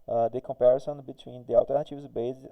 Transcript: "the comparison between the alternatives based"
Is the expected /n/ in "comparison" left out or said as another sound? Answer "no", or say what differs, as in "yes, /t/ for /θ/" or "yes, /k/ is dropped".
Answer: no